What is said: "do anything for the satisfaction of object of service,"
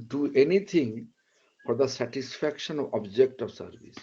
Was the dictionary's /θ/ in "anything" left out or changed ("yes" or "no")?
yes